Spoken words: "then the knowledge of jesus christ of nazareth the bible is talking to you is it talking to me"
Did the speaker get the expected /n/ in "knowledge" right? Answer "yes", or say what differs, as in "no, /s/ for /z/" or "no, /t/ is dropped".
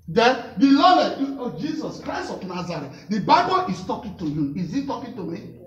no, /l/ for /n/